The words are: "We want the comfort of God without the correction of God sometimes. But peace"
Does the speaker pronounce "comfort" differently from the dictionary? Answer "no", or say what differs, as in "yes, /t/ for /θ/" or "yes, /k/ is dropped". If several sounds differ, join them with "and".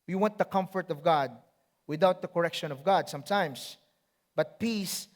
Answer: no